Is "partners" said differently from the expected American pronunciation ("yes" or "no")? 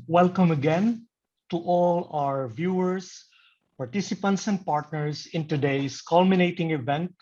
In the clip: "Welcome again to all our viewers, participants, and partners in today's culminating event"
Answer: yes